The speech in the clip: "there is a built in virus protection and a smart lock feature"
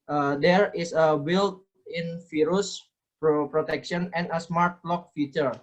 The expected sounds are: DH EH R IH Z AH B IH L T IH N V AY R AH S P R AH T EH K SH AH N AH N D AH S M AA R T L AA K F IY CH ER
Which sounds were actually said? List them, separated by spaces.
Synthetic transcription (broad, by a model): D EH R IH S AH B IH L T IH N F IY R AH S P R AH T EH K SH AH N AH N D AH S M AA R T L AA K F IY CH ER